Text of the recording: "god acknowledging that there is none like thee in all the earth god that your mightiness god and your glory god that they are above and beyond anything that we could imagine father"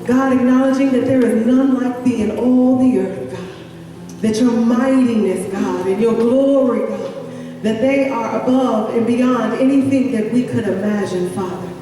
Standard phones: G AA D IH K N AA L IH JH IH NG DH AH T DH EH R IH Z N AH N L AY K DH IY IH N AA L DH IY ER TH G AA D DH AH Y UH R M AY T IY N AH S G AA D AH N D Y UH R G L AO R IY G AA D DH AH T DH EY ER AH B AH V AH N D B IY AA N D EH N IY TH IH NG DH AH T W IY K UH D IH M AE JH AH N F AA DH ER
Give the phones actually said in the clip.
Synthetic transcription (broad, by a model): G AA D IH K N AA L IH JH IH NG DH AH T DH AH R IH Z N AH N L AY K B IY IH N AA L DH IY ER TH G AA D DH AH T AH R M AY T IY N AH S G AA D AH N Y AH R G L AO R IY G AA D DH AH T DH EY ER AH B AH V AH N B IY AA N D EH N IY TH IH NG DH AH T W IY K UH D IH M AE JH AH N F AA DH ER